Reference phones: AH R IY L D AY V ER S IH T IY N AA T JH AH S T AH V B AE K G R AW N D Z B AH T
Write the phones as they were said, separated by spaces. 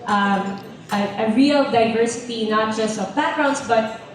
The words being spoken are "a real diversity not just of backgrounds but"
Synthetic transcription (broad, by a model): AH R IY L D AY V ER S IH T IY N AA T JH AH S T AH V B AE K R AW D S B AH T